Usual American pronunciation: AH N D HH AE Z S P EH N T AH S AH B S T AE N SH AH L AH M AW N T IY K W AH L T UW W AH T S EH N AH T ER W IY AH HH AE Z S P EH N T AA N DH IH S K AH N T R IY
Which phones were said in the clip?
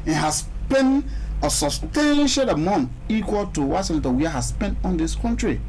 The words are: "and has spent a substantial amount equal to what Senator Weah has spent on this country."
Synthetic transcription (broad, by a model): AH HH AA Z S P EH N AH S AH S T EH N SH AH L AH M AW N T IY K W AH L T UW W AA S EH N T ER W IY AH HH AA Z S P EH N T AA N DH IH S K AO N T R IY